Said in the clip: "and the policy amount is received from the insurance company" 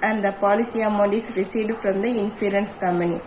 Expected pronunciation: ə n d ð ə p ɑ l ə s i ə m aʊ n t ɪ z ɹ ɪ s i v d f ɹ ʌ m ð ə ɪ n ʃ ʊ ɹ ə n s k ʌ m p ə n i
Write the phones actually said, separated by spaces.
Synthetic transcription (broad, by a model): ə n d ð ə p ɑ l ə s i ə m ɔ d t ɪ s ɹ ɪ s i d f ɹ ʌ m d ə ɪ n s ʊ ɹ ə n s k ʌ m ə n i